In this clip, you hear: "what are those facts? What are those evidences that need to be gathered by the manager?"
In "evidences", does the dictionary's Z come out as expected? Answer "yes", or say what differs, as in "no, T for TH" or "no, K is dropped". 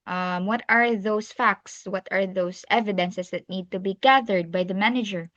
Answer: no, S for Z